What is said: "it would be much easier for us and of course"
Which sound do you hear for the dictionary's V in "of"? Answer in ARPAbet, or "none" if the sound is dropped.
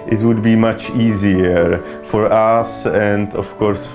F